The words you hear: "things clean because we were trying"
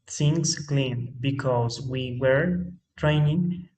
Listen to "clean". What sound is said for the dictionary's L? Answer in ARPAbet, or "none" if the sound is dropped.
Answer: L